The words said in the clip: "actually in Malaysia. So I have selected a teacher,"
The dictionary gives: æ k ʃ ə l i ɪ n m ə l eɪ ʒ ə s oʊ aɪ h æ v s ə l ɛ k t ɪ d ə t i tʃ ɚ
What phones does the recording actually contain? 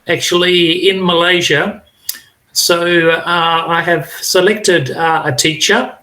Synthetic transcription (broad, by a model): æ k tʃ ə l i ɪ n m ə l eɪ ʒ ə s oʊ aɪ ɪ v s ə l ɛ k t ɪ d ə t i tʃ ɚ